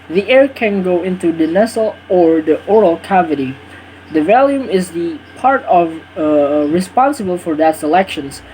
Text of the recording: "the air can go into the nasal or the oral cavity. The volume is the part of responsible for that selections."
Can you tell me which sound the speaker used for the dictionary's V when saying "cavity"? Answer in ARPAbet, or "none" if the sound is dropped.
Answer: V